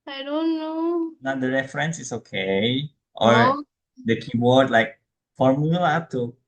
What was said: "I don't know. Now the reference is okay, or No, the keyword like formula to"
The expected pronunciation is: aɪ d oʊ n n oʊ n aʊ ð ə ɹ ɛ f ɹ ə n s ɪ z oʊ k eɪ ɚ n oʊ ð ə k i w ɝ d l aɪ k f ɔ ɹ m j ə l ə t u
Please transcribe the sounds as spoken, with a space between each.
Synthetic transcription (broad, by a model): aɪ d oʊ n n oʊ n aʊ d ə ɹ ɛ f ɹ ə n s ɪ s oʊ k eɪ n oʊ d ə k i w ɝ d l aɪ k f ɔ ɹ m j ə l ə t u